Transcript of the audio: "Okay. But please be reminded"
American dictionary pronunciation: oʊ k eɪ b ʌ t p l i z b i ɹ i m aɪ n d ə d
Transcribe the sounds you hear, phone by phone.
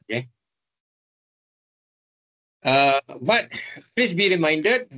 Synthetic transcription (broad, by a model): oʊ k eɪ b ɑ t p l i s b i ɹ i m aɪ n d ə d